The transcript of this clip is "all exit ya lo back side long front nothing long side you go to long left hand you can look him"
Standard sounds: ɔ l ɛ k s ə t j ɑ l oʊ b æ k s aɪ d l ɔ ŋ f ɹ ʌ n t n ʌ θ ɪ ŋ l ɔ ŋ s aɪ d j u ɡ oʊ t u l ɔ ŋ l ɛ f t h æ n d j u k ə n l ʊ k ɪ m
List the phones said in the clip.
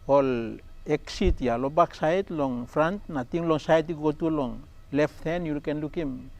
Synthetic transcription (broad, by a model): ɔ l ɛ k s ə t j ɑ l oʊ b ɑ k s aɪ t l ɔ ŋ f ɹ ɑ n t n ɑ t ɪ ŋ l ɔ ŋ s aɪ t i ɡ oʊ t u l ɔ ŋ l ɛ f t h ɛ n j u k ə n l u k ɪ m